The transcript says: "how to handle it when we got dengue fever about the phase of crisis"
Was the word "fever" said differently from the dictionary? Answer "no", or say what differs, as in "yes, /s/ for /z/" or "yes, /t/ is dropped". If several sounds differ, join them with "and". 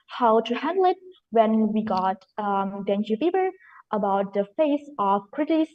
yes, /b/ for /v/